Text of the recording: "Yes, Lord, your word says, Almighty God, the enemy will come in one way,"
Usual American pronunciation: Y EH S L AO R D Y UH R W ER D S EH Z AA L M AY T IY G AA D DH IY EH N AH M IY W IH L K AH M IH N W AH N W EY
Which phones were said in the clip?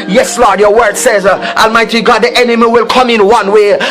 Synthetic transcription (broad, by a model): Y EH S L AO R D Y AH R W ER D S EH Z AA L M AY T IY G AA D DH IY EH N AH M IY W IH L K AH M IH N W AH N W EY